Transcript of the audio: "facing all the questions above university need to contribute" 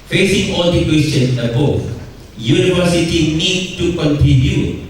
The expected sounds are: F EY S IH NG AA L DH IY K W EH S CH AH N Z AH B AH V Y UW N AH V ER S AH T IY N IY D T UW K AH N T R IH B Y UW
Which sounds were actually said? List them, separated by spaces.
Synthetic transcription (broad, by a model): F EY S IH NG AA L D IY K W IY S AH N AH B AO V Y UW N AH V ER S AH T IY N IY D T UW K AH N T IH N Y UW